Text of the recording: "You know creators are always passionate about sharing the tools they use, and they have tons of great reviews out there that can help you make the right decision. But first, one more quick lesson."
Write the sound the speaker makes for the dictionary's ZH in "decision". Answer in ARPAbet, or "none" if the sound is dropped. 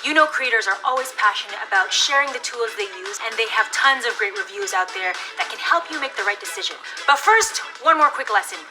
ZH